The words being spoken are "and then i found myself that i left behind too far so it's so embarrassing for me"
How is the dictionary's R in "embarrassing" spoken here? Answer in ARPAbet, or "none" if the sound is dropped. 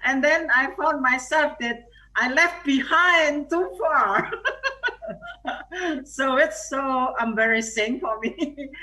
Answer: R